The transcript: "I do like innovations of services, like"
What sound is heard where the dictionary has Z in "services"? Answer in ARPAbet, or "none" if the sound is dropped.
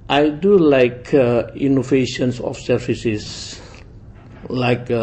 S